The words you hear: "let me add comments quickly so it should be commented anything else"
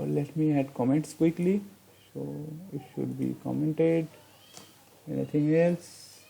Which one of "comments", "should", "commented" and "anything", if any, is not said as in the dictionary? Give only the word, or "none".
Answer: anything